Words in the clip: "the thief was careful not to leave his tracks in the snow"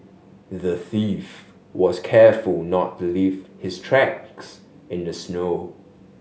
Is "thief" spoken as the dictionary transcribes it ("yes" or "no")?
yes